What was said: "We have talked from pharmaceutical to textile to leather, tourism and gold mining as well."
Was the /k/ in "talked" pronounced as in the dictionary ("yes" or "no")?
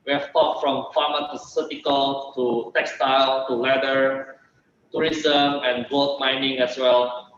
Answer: no